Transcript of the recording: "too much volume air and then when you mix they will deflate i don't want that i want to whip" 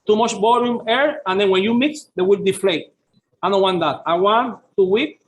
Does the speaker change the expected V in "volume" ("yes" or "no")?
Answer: yes